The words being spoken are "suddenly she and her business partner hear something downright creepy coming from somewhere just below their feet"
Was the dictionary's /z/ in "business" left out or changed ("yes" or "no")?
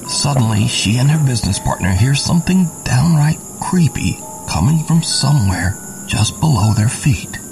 no